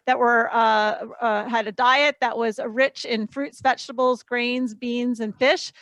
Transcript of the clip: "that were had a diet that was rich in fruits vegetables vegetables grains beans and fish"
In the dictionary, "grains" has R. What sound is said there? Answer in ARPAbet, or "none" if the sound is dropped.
R